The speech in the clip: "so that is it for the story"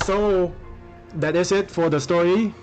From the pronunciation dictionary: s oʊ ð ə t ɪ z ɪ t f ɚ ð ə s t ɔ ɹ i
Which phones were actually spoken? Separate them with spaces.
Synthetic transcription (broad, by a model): s oʊ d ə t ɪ s ɪ t f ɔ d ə s t ɔ ɹ i